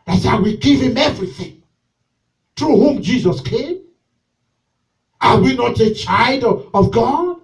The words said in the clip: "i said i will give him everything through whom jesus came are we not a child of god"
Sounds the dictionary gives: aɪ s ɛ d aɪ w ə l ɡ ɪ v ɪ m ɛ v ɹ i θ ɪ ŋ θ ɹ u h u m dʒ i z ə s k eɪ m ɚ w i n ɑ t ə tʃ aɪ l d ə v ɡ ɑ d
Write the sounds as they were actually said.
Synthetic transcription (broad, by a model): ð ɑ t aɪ w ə ɡ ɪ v ɪ m ɛ v ɹ i θ ɪ ŋ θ ɹ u h u m dʒ i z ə s k eɪ m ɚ w i n ɑ t ə tʃ aɪ l d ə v ɡ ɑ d